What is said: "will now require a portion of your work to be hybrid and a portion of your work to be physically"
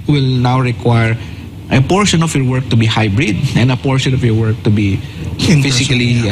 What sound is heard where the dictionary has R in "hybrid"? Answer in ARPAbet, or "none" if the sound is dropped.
R